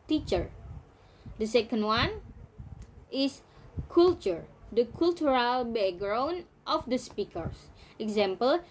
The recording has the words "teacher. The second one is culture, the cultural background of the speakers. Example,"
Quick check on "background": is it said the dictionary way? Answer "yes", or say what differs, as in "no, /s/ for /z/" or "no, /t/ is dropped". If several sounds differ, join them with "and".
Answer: no, /k/ is dropped